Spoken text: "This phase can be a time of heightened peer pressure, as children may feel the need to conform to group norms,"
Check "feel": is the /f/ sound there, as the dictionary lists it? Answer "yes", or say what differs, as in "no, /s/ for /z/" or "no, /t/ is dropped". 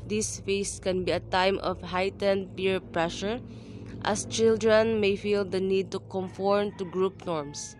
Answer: yes